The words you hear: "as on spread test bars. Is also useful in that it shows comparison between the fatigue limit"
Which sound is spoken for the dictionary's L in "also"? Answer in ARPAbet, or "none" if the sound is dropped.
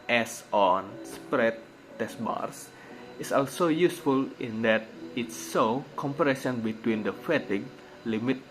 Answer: L